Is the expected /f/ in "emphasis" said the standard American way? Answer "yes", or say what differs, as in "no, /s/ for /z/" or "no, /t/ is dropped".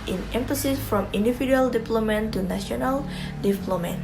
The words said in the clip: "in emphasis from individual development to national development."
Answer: yes